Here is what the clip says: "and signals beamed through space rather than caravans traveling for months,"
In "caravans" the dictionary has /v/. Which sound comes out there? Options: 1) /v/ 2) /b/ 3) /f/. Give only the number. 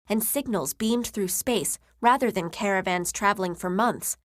1